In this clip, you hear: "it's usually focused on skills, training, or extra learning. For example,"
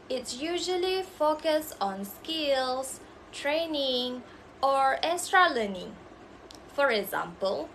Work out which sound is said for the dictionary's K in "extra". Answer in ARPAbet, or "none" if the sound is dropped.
none